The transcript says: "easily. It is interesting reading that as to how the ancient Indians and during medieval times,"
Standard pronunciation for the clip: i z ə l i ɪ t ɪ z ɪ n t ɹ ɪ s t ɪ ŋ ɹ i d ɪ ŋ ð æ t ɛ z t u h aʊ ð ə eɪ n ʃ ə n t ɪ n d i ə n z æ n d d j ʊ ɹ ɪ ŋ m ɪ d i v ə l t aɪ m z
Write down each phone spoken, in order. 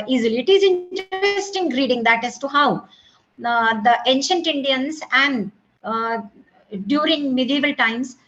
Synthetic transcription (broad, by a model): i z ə l i ɪ t ɪ z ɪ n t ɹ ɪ s t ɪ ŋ ɹ i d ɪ ŋ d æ t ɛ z t u h aʊ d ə eɪ n ʃ ə n t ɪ n d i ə n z æ n d d j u ɹ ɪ ŋ m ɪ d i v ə l t aɪ m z